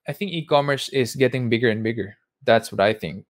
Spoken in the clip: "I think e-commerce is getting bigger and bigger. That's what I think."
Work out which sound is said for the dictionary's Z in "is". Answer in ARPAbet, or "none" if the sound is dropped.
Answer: S